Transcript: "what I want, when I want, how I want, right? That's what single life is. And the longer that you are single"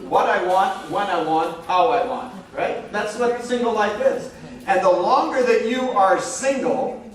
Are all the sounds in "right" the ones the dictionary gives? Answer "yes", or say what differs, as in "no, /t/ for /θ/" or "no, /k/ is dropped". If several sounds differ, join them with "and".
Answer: yes